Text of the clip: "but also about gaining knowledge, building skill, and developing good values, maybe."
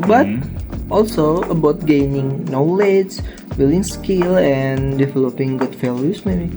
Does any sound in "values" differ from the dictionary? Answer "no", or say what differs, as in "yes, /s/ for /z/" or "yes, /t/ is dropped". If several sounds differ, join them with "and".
yes, /f/ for /v/ and /s/ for /z/